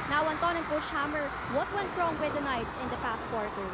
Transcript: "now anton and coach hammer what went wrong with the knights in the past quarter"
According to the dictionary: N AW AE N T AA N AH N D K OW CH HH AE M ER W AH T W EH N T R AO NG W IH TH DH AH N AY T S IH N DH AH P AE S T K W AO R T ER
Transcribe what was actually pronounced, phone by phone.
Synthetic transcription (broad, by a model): N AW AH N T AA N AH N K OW SH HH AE M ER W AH T W EH N T R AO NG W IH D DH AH N AY T S IH N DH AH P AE S T K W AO R T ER